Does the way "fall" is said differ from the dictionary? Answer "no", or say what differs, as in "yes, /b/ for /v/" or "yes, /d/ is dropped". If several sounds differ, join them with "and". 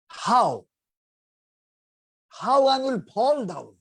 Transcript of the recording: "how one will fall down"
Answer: yes, /p/ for /f/